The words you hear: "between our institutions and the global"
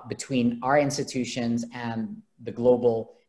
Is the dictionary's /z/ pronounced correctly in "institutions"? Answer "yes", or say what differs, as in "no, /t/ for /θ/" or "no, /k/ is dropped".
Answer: yes